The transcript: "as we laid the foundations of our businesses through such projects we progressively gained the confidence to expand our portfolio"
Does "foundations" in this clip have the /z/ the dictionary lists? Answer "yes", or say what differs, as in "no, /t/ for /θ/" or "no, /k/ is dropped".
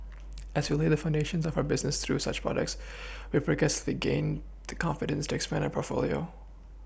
yes